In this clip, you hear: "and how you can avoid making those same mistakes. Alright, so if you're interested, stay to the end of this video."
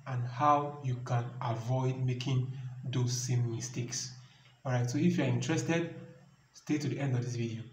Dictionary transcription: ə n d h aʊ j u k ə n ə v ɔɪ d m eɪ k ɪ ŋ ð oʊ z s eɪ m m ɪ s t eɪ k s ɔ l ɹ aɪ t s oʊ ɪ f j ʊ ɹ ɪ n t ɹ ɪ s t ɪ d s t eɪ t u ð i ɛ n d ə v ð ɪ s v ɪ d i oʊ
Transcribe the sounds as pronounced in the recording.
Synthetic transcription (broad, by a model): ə n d h aʊ j u k ə n ə v ɔɪ d m eɪ k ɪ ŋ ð oʊ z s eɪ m m ɪ s t eɪ k s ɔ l ɹ aɪ t s oʊ ɪ f j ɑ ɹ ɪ n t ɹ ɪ s t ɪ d s t eɪ t u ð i ɛ n d ə v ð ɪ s v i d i oʊ